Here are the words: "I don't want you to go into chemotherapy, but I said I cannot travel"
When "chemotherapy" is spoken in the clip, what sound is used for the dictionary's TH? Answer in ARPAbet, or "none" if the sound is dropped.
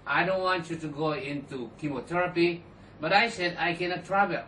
T